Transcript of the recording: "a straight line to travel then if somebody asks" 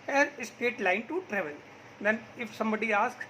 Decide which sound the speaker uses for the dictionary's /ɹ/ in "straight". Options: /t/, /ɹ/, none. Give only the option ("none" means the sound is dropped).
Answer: none